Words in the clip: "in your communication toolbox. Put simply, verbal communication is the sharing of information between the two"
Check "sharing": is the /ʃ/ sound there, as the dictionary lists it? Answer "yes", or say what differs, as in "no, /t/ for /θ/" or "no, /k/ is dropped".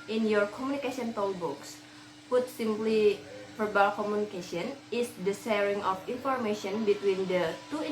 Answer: no, /s/ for /ʃ/